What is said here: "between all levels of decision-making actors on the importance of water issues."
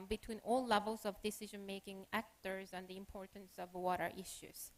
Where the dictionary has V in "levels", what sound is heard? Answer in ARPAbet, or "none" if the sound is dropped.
V